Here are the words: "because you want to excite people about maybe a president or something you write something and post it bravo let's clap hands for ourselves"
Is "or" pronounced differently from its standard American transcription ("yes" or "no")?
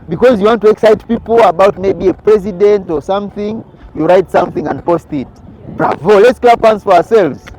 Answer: no